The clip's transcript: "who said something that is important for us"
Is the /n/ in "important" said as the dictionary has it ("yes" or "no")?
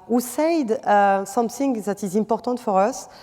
no